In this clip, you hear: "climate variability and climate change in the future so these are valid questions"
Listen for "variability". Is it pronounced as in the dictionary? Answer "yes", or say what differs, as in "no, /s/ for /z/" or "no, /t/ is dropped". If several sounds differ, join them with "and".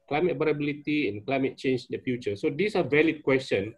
no, /b/ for /v/